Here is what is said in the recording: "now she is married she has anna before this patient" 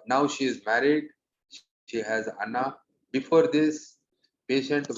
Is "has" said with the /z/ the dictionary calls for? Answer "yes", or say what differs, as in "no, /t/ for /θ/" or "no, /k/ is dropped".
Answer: yes